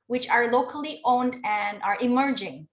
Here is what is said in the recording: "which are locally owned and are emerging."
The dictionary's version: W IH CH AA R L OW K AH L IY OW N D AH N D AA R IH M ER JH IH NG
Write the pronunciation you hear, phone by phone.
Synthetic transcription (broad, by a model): W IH CH AA R L OW K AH L IY OW N D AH N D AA R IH M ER JH IH NG